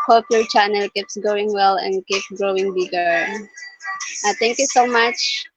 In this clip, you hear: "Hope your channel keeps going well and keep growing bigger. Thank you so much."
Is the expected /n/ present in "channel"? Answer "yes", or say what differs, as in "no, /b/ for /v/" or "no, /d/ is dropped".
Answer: yes